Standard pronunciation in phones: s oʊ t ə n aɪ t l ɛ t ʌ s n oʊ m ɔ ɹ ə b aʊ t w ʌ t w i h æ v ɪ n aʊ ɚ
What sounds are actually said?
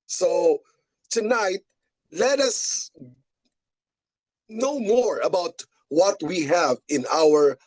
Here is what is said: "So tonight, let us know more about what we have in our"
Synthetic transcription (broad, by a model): s oʊ t ə n aɪ t l ɛ t ʌ s n oʊ m ɔ ɹ ə b aʊ t w ʌ t w i h æ v ɪ n aʊ ɚ